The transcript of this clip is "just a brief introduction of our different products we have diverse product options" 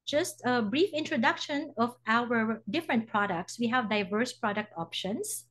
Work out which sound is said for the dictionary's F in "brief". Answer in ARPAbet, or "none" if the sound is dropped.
F